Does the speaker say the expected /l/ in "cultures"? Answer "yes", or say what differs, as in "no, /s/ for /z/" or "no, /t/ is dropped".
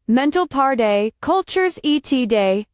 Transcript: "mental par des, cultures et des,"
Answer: yes